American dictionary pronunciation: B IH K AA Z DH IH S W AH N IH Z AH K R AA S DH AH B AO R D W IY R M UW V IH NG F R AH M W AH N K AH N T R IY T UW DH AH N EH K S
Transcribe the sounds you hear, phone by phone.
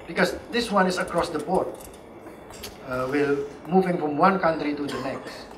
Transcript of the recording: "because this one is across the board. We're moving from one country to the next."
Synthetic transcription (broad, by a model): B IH K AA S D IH S W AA N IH S AH K R AA S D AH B AO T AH W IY L M UW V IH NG F R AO M W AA N K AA N T R IY T UW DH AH N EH K S